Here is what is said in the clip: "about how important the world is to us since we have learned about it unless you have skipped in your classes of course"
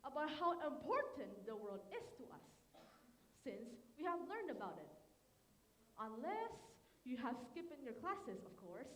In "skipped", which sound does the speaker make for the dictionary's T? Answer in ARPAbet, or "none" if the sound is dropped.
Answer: none